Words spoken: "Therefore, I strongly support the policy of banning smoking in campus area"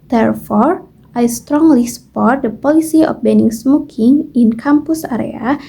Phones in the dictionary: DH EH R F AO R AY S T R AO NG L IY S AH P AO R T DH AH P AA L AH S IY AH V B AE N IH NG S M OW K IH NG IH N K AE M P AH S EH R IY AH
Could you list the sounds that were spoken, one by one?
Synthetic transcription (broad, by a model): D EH R F AO R AY S T R AO NG L IY S AH P AO R T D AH P AA L AH S IY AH P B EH N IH NG S M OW K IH NG IH N K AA M P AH S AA R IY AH